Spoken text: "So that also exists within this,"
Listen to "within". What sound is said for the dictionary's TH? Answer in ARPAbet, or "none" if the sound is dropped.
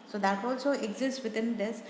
T